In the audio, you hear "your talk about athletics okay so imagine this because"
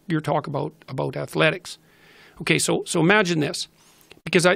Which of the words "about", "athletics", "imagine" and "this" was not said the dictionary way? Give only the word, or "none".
none